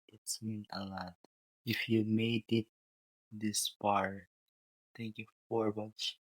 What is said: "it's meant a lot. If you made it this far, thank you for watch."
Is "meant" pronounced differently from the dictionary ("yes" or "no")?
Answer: yes